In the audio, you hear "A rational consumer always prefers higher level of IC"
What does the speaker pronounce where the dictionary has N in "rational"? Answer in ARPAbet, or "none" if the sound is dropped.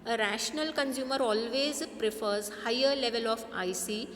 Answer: N